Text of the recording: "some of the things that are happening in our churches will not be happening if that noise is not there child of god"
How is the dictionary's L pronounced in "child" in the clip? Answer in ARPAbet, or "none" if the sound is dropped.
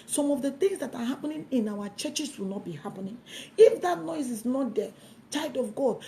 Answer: none